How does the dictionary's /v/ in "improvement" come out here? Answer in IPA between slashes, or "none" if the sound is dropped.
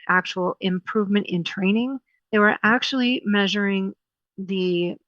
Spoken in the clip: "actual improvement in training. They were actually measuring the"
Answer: /v/